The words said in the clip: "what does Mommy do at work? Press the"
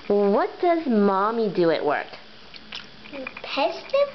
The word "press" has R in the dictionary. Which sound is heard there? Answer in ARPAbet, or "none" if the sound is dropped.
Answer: none